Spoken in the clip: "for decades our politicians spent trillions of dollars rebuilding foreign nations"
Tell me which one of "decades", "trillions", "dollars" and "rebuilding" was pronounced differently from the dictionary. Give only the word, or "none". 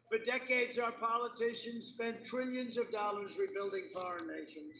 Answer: none